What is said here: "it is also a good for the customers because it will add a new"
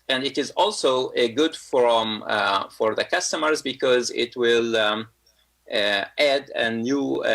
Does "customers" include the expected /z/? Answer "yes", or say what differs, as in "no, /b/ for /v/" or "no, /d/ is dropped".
yes